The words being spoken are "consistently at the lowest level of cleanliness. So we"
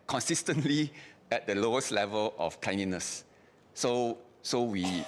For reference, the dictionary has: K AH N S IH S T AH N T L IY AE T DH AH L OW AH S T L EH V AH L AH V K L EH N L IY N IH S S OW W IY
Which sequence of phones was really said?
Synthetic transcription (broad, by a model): K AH N S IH S T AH N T L IY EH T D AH L OW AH S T L EH V AH L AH F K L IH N IY N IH S S OW W IY